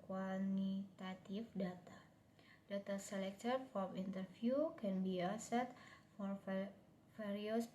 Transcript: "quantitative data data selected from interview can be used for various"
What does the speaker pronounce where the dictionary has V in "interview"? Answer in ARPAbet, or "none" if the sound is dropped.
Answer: F